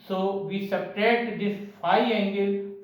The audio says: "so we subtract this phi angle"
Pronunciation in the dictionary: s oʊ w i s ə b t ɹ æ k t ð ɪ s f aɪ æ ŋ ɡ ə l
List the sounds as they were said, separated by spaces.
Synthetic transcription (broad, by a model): s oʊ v i s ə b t ɛ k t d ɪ s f aɪ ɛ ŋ ɡ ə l